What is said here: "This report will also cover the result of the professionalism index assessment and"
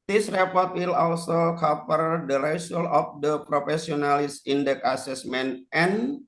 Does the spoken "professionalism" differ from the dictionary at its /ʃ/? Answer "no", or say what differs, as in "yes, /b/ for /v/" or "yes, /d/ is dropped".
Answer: yes, /s/ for /ʃ/